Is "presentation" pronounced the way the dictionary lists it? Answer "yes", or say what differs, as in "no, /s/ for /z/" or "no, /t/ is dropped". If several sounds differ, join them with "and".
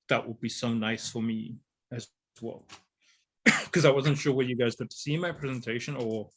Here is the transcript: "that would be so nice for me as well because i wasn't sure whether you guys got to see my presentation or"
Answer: yes